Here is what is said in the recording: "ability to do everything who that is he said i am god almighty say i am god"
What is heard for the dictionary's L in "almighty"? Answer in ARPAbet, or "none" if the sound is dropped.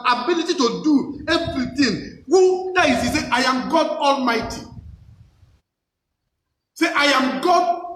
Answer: L